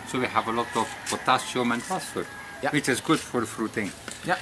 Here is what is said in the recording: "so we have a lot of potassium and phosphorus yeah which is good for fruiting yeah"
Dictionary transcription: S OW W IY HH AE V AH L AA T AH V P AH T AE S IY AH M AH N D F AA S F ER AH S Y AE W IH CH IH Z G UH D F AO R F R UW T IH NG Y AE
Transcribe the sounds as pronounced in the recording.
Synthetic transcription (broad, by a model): S OW W IY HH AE V AH L AA T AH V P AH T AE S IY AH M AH N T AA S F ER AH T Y W IH CH IH Z G UH D F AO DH F R UW T IH NG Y